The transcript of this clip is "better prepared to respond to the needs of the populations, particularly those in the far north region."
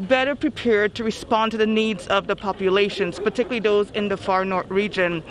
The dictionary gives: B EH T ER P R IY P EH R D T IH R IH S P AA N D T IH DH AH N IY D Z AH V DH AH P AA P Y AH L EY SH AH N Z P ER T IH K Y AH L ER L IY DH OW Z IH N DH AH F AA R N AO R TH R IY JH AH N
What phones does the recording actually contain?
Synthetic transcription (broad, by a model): B EH T ER P R IY P EH R D T IH R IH S P AA N T IH DH AH N IY D Z AH V DH AH P AA P Y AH L EY SH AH N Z P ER T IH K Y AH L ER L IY DH OW Z IH N DH AH F AA R N AO R TH R IY JH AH N